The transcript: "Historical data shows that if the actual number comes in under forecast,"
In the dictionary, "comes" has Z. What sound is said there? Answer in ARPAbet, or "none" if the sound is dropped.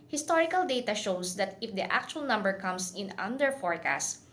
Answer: S